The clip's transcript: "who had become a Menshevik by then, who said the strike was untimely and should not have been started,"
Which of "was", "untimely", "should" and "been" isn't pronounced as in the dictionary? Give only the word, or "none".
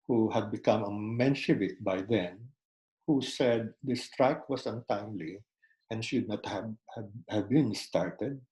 was